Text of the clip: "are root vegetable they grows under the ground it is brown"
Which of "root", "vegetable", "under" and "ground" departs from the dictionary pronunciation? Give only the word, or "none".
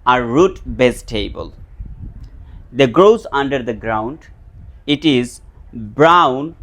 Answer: vegetable